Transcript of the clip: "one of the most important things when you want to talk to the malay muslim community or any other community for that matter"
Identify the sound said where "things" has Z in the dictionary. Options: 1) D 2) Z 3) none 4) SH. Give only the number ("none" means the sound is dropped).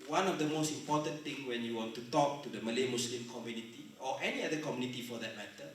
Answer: 3